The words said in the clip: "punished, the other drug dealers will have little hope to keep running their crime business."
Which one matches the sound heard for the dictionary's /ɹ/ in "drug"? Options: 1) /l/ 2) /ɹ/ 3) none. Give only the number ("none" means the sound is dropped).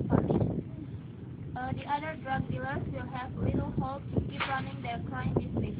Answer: 2